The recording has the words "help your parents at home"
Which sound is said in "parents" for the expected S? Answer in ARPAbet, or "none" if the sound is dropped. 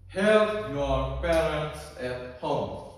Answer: S